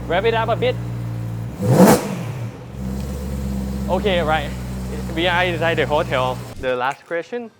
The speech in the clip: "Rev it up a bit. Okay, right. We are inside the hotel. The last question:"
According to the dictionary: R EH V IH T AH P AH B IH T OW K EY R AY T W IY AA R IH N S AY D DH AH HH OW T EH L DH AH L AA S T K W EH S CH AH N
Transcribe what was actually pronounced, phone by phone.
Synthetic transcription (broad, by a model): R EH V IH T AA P AH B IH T OW K EY R AY T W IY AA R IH S AY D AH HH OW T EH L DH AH L AA S T K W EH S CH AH N